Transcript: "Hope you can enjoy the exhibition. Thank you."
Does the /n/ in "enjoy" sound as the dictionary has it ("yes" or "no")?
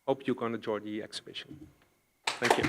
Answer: no